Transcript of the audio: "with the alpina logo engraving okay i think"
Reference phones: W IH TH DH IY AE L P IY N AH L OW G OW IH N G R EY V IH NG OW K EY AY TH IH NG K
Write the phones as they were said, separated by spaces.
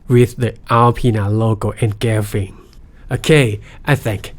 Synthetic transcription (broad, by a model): W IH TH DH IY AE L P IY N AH L OW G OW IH N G EY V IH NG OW K EY AY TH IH NG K